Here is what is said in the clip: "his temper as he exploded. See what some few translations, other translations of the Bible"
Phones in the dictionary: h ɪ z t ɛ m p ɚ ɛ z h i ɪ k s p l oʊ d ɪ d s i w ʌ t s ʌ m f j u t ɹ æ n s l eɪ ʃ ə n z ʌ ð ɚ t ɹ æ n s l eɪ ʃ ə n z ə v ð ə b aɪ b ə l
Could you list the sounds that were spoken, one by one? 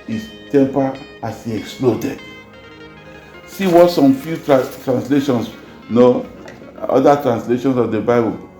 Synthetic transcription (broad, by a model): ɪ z t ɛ m p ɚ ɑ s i ɪ k s p l oʊ d ɪ d s i w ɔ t s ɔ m f j u t ɹ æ n s l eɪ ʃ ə n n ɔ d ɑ t ɹ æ n s l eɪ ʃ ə n s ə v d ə b aɪ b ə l